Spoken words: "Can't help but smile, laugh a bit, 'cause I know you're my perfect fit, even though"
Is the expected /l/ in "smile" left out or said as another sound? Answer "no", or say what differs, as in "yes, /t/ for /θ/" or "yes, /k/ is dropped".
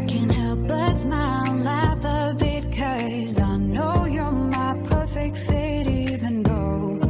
yes, /n/ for /l/